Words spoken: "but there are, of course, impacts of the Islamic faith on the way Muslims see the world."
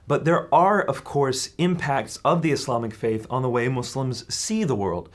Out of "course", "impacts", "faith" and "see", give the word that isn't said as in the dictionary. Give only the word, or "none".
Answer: none